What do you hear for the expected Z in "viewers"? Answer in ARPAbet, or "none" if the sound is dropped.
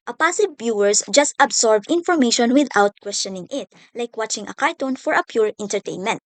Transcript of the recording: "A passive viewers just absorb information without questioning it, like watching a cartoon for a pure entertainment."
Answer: S